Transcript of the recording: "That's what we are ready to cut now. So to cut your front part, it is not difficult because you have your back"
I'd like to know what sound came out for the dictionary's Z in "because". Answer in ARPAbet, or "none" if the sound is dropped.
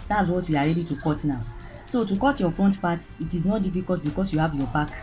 S